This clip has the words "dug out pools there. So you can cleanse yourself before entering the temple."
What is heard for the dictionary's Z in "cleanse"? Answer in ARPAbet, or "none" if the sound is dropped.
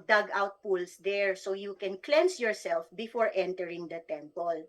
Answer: S